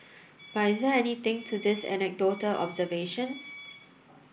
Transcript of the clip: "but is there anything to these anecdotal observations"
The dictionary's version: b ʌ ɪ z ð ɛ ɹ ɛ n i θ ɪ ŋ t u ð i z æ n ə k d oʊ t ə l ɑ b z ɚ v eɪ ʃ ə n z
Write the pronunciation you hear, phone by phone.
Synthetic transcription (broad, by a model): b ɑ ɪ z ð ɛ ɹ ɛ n i t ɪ ŋ t u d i s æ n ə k d oʊ t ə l ɑ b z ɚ v eɪ ʃ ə n s